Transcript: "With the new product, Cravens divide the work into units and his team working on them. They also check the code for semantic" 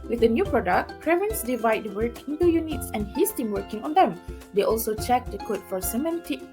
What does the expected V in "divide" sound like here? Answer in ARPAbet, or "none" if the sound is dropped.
V